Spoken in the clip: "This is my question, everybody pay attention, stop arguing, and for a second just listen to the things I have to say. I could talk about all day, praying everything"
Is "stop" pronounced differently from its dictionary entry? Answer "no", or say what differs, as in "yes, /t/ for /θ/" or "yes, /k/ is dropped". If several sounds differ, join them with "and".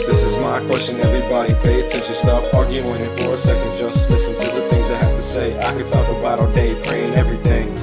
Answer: yes, /f/ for /p/